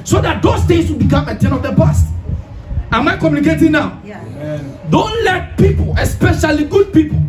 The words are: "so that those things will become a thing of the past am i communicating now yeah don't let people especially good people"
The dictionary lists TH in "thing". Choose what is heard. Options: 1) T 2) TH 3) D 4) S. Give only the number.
1